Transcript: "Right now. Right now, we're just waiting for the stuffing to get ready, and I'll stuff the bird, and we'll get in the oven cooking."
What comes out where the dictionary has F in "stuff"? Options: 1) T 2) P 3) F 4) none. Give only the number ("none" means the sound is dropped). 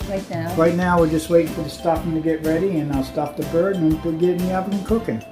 2